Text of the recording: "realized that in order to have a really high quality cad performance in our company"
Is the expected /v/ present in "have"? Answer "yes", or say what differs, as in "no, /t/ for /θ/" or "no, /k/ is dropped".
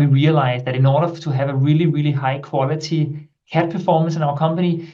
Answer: yes